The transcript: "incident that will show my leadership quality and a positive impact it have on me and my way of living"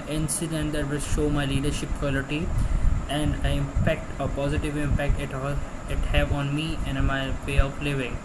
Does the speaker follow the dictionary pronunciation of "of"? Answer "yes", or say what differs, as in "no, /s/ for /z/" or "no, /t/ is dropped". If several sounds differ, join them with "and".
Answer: no, /p/ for /v/